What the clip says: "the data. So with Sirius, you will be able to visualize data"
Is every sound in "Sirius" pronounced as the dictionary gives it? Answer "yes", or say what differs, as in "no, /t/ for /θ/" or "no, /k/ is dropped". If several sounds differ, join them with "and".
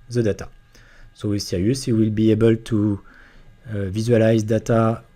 no, /ɹ/ is dropped